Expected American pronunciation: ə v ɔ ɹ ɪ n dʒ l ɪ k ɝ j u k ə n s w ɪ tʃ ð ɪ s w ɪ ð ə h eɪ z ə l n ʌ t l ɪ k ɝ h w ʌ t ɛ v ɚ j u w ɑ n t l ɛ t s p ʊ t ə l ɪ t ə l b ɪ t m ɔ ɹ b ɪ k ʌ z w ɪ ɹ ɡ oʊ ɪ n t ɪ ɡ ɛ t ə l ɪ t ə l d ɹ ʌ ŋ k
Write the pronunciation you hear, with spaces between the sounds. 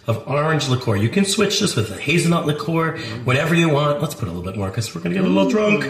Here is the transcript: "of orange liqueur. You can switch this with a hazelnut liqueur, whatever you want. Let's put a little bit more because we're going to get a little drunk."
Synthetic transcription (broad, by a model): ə v ɔ ɹ ɪ n dʒ l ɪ k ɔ j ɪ k ə n s w ɪ tʃ ð ɪ s w ɪ ð ə h eɪ z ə n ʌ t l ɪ k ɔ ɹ w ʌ t ɛ v ɚ j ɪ w ɑ n t l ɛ t s p ʊ t ə l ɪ l b ɪ t m ɔ ɹ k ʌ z w ɪ ɹ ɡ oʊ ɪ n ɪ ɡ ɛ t ə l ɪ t l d ɹ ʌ ŋ k